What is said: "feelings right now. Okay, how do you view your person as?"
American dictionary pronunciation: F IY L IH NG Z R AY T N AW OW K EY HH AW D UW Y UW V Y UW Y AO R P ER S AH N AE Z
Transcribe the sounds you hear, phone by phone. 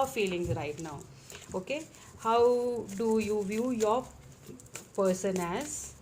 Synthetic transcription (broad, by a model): F IY L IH NG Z R AY T N AW OW K EY HH AW D UW Y UW V Y UW Y AO R P ER S AH N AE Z